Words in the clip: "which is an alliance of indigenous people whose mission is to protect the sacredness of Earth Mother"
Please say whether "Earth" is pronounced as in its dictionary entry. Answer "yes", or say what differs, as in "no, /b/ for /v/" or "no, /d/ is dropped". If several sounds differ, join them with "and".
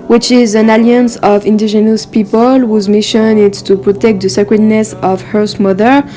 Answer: no, /s/ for /θ/